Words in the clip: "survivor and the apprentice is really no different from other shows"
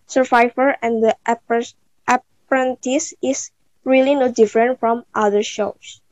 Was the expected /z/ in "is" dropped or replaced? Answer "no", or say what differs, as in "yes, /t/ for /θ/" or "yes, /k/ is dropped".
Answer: yes, /s/ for /z/